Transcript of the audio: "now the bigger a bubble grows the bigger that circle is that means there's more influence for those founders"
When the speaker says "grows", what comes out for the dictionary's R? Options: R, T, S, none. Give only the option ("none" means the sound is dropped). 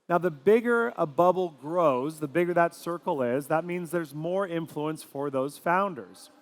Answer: R